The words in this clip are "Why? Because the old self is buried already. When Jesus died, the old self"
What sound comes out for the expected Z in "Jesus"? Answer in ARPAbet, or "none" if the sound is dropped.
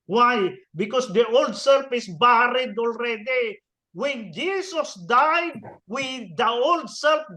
S